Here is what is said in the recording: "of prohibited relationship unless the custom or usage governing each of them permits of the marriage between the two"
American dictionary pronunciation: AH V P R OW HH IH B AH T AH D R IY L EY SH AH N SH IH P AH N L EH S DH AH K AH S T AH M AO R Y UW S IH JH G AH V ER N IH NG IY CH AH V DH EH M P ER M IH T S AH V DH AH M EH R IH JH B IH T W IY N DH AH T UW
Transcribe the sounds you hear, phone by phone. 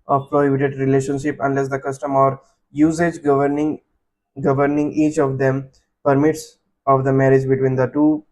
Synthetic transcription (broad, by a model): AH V P R OW HH IH B AH T AH D R IY L EY SH AH N SH IH P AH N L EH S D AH K AH S T AH M AO R Y UW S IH JH G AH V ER N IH NG IY CH AH V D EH M P ER M IH T S AH V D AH M EH R IH JH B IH T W IY N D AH T UW